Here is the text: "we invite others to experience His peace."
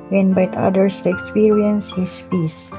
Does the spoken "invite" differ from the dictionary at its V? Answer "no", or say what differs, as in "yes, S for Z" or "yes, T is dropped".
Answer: yes, B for V